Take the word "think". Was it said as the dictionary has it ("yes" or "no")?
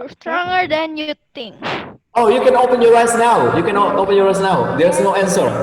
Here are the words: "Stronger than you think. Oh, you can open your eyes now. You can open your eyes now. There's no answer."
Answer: no